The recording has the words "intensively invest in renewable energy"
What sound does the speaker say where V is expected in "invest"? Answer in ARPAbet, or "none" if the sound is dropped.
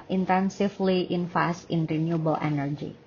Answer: F